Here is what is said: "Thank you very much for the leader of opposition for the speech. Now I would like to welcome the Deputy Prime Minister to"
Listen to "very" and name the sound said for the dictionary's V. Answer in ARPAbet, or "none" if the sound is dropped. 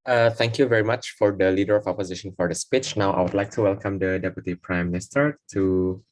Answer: V